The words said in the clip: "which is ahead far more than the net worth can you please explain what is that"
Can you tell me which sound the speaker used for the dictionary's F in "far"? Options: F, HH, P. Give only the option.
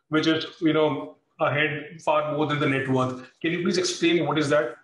P